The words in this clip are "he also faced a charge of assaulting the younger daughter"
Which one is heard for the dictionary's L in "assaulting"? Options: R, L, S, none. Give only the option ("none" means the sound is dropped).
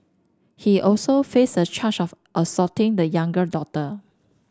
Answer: none